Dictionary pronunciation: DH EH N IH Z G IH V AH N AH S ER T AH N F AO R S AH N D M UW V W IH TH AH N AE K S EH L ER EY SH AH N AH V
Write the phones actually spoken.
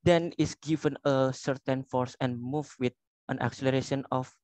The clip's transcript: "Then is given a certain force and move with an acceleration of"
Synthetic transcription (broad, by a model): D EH N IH S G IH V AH N AH S ER T AH N F AO R S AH N M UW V W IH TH AH N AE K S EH L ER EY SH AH N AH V